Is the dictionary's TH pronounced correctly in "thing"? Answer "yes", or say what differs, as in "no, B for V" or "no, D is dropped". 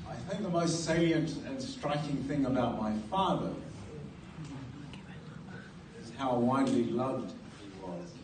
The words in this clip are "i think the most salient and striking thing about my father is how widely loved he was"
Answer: yes